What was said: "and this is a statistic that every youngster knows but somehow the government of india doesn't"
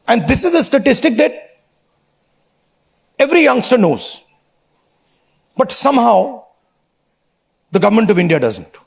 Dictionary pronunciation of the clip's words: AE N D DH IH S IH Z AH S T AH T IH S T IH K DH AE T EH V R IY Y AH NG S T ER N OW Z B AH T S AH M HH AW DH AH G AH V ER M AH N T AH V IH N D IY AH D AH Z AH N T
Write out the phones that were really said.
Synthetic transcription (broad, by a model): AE N D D IH S IH Z AH S T AH T IH S T IH K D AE T EH V R IY Y AH NG S T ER N OW Z B AH T S AH M HH AW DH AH G AH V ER M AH N T AH V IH N D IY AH D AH Z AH N T